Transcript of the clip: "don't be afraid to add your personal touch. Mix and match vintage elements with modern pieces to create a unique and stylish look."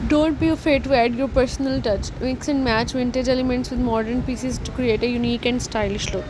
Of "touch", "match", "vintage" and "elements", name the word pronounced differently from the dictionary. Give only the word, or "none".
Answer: none